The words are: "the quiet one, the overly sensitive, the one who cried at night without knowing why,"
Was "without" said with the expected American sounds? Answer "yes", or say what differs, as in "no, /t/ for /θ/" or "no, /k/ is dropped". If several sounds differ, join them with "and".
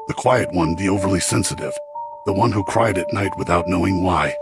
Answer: yes